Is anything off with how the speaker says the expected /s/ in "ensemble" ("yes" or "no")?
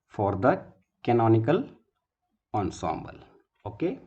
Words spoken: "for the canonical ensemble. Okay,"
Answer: no